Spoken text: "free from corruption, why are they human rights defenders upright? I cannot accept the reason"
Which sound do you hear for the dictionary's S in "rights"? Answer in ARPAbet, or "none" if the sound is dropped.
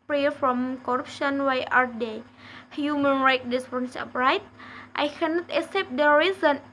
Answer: none